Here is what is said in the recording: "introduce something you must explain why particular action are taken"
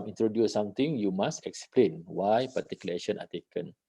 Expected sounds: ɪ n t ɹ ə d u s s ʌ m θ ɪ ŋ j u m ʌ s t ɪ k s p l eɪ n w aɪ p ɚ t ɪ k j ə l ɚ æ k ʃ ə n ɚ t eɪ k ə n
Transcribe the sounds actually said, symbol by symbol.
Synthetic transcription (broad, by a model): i n t ɹ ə d u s s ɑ m t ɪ ŋ j u m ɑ s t ɪ k s p l eɪ n w aɪ p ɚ t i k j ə l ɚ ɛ ʃ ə n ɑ t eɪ k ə n